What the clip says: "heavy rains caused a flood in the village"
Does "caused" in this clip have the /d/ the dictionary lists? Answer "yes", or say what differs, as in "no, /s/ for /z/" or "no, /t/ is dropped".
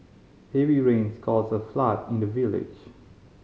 no, /d/ is dropped